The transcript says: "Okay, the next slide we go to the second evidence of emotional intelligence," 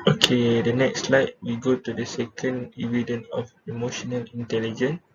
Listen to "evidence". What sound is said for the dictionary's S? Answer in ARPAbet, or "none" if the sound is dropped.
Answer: none